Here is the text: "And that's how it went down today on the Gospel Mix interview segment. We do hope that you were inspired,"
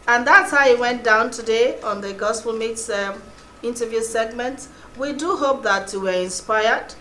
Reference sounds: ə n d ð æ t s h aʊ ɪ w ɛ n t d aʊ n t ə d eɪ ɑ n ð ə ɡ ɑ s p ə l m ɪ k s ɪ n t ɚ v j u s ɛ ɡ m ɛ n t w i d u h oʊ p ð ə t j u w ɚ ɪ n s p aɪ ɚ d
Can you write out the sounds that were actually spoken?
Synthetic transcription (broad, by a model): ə n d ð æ t s h aʊ ɪ w ɛ n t d aʊ n t ə d eɪ ɑ n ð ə ɡ ɑ s p ə l m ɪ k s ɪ n t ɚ v j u s ɛ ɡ m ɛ n t w i d u h oʊ p ð ə t j u w ɚ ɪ n s p aɪ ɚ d